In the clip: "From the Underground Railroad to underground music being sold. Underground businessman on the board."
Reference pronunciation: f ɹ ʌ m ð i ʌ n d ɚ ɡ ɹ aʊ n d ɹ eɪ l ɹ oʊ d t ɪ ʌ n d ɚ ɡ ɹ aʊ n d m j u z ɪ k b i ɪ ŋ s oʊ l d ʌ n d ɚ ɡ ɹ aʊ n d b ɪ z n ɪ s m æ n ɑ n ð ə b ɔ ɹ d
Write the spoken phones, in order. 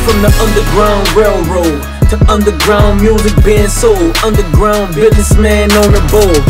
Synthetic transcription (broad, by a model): f ɹ ʌ m ð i ʌ n d ɚ ɡ ɹ aʊ n d ɹ eɪ l ɹ oʊ d t ɪ ʌ n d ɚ ɡ ɹ aʊ n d m j u z ɪ k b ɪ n s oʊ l ʌ n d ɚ ɡ ɹ aʊ n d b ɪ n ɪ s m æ n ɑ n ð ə b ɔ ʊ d